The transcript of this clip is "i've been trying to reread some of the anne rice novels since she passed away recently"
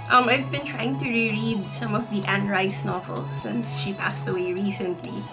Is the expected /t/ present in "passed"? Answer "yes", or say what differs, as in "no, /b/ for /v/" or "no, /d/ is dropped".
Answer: yes